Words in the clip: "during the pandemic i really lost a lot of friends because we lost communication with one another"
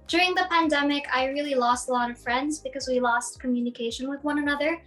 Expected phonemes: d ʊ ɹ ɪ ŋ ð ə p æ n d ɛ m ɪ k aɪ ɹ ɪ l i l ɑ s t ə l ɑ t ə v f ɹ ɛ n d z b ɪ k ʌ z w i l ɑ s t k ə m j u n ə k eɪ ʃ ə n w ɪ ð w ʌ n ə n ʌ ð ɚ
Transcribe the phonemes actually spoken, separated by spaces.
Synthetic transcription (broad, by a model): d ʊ ɹ ɪ ŋ ð ə p æ n d ɛ m ɪ k aɪ ɹ ɪ l i l ɑ s t ə l ɑ t ə v f ɹ ɛ n d z b ɪ k ʌ z w i l ɑ s t k ə m j u n ə k eɪ ʃ ə n w ɪ ð w ʌ n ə n ʌ ð ɚ